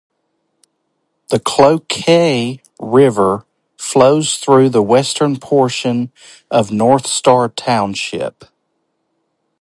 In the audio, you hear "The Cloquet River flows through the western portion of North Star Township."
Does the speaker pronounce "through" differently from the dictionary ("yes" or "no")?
no